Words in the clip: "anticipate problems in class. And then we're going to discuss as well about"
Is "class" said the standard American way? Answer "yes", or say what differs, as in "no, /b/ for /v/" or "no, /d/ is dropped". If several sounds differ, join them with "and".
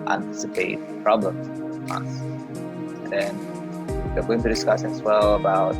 no, /l/ is dropped